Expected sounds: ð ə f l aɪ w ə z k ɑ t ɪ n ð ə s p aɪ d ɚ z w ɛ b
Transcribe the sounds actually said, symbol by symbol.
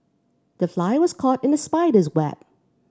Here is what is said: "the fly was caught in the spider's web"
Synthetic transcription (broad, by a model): ð ə f l aɪ w ə z k ɑ t ɪ n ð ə s p aɪ d ɚ z w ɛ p